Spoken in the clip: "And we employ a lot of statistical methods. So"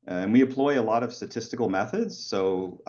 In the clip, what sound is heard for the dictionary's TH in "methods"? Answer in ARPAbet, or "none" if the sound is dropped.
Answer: TH